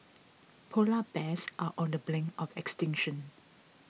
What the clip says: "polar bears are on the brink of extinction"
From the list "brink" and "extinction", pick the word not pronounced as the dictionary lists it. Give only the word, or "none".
brink